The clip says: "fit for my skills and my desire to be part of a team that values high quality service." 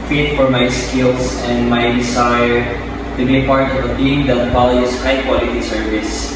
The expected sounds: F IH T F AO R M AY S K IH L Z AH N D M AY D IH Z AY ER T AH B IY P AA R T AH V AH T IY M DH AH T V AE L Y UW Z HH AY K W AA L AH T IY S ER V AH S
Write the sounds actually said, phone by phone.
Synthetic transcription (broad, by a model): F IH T F AO R M AY S K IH L S AH N D M AY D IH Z AY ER T AH B IY P AA R T AH V AH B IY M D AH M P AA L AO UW S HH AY K W AA L AH T IY S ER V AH S